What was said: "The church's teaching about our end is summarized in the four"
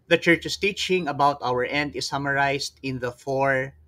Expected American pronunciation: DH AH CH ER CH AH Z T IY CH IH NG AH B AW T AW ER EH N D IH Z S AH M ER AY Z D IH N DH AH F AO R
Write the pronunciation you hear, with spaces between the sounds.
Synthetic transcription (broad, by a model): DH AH CH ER CH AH S T IY CH IH NG AH B AW T AW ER EH N D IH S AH M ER AY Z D IH N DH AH F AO R